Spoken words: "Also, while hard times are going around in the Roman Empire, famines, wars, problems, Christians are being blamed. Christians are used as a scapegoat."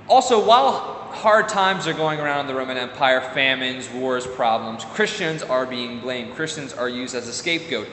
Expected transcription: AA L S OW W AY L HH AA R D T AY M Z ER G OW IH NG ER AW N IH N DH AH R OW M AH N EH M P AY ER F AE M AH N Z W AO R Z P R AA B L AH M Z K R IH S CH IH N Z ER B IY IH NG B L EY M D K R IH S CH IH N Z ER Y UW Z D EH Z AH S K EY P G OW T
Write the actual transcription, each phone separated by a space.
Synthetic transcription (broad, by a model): AA L S OW W AY L HH AA R D T AY M Z ER G OW IH NG ER AW N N DH AH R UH M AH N EH M P AY ER F AE M AH N Z W AO R Z P R AA B L AH M Z K R IH S CH IH N Z ER B IY IH NG B L EY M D K R IH S CH IH N Z ER Y UW Z D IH Z AH S K EY P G OW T